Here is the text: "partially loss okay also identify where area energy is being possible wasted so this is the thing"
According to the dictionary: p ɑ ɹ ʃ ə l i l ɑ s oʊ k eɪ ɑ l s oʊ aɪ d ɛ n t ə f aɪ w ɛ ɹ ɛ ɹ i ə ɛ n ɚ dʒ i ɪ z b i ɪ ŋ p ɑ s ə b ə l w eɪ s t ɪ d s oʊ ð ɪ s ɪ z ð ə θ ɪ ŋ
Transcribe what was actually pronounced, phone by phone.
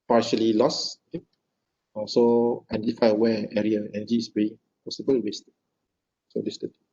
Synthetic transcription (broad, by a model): p ɑ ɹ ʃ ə l i l ɑ s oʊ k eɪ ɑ s oʊ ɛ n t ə f aɪ w ɛ ɛ ɹ i ə ɛ n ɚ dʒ i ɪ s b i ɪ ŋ p ɑ s ə b ə l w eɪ s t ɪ s oʊ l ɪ s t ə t